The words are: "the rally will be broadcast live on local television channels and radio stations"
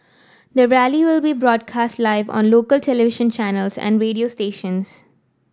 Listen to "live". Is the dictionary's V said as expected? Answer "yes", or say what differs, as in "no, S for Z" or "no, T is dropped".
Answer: yes